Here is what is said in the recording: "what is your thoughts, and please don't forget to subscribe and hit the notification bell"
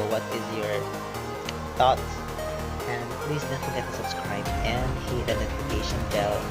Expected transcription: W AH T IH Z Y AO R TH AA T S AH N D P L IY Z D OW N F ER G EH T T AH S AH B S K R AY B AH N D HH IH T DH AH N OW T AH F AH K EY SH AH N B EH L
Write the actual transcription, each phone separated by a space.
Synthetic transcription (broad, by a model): W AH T IH Z Y AO R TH AA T AH N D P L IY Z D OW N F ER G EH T T AH S AH B S K R AY B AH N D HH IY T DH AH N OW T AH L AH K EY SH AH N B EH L